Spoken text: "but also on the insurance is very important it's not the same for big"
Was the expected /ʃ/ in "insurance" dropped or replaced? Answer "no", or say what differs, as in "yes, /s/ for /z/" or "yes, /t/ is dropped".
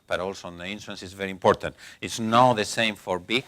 yes, /s/ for /ʃ/